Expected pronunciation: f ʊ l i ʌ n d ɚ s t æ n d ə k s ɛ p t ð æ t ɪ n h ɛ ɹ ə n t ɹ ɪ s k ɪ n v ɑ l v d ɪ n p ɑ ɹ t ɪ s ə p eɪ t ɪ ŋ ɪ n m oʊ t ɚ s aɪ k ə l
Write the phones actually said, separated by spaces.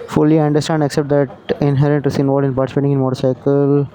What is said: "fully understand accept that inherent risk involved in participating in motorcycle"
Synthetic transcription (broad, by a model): f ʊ l i ʌ n d ɚ s t æ n d ə k s ɛ p t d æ t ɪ n h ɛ ɹ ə n t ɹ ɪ s ɪ n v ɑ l d ɪ n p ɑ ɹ t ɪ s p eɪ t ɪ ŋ ɪ n m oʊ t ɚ s aɪ k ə l